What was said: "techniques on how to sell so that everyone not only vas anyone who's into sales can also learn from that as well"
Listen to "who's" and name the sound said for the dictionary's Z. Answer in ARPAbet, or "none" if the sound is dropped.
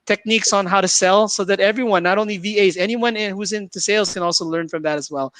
Z